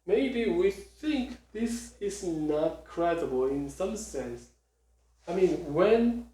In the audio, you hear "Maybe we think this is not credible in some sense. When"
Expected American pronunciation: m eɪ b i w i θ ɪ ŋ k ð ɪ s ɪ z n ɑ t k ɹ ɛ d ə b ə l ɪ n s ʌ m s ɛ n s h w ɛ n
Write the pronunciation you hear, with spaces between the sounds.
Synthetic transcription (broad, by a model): m eɪ b i w i θ ɪ ŋ k ð ɪ s ɪ z n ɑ t k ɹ ɛ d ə b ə l ɪ n s ʌ m s ɛ n s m w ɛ n